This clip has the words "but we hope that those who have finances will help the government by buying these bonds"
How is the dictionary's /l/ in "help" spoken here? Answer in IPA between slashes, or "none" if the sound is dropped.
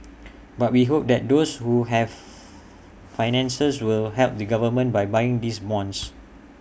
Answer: /l/